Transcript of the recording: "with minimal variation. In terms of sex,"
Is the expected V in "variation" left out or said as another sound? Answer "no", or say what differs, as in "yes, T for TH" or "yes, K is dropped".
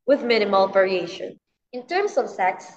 no